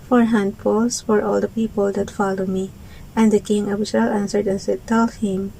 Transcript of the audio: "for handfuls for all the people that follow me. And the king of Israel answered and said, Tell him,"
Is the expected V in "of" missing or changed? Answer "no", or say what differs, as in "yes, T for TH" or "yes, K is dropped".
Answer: yes, B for V